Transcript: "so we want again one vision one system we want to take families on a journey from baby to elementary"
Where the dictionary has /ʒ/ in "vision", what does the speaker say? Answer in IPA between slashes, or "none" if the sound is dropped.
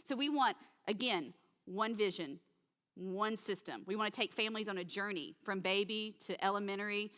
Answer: /ʒ/